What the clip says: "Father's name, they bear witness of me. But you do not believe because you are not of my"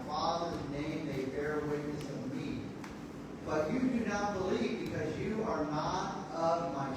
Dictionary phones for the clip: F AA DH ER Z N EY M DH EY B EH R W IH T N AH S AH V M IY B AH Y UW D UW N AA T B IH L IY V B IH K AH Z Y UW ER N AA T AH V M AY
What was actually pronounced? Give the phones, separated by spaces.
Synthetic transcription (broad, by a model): F AA DH ER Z N EY M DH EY B EH R W IH T N AH S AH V M IY B AH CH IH D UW N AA T B IH L IY V B IH K AH Z Y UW ER N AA T AH V M AY